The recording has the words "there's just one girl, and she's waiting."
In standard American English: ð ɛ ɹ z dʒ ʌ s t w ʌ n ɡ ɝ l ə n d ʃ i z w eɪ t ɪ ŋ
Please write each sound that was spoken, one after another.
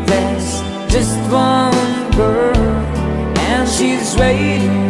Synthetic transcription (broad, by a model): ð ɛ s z dʒ ʌ s t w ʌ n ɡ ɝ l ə n ʃ i z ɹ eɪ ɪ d